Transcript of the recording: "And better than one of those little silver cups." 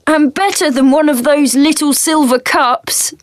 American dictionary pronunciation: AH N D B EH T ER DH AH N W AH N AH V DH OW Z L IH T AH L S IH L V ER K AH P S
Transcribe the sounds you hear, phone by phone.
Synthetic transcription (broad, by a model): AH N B EH T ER DH AH N W AH N AH V DH OW Z L IH T AH L S IH L V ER K AH P S